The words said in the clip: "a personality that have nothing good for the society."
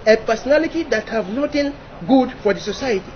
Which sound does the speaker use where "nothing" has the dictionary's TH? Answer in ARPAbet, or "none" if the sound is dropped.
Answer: T